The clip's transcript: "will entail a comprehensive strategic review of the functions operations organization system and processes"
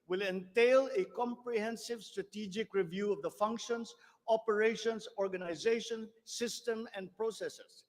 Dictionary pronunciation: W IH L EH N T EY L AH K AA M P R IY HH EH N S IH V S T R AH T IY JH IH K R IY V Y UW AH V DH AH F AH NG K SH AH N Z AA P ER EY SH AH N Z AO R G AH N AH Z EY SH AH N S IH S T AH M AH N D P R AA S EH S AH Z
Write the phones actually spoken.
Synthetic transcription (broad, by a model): W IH L EH N T EY L AH K AA M P R IY HH EH N S IH V S T R AH T IY JH IH K R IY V Y UW AH V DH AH F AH NG K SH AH N S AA P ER EY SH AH N S AO R G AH N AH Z EY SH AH N S IH S T AH M AH N D P R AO S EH S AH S